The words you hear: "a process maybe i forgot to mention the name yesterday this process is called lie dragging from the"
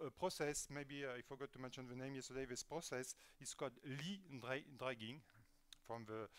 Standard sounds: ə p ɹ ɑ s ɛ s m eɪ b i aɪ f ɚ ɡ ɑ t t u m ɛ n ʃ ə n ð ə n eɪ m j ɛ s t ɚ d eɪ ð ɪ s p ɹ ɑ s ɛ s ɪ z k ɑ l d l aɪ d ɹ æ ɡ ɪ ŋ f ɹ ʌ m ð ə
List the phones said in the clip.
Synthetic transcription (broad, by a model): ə p ɹ ɑ s ɛ s m eɪ b i aɪ f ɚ ɡ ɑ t t u m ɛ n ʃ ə n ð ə n eɪ m j ɛ s t ɚ d eɪ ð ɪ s p ɹ ɑ s ɛ s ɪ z k ɑ l d l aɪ d ɹ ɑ ɡ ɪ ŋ f ɹ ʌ m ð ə